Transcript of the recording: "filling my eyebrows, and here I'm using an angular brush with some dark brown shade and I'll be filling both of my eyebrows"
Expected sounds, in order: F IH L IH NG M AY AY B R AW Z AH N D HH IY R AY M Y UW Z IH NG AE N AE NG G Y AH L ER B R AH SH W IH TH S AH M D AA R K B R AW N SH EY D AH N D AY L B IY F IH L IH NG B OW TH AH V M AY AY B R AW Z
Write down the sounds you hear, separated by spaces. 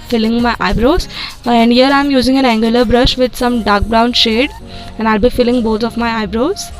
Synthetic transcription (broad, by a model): F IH L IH NG M AY AY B R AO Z AH N D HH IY R AY M Y UW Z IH NG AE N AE NG G Y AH L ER B R AH SH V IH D S AH M D AA R K B R AW N SH EY D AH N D AY L B IY F IH L IH NG B OW T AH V M AY AY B R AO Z